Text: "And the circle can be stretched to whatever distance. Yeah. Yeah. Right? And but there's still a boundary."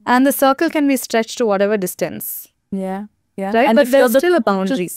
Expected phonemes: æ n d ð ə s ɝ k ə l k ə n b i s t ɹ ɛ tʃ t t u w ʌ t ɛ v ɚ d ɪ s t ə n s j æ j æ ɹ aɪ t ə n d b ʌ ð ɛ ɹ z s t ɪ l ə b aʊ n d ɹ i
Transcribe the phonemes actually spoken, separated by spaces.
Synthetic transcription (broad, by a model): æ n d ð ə s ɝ k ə l k ə n b i s t ɹ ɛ tʃ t t u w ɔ t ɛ v ɚ d ɪ s t ə n s j æ j æ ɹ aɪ ə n b ʌ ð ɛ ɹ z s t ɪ l ə b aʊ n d ɹ i